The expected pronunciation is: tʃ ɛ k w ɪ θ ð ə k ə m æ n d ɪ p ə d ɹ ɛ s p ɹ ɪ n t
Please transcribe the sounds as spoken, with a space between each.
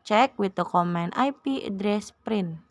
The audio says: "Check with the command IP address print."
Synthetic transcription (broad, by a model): tʃ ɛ k w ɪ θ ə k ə m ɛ n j p ə d ɹ ɛ s p ɹ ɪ n